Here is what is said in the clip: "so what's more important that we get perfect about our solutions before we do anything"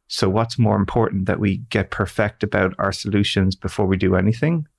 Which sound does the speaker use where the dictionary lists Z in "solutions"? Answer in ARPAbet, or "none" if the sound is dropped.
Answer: Z